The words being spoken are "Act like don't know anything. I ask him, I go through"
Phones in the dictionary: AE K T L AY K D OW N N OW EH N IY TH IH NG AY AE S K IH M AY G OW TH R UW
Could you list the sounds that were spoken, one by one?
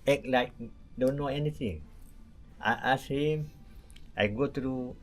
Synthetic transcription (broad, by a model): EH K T L AY K D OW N N OW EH N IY T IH NG AY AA S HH IH M AY G OW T R UW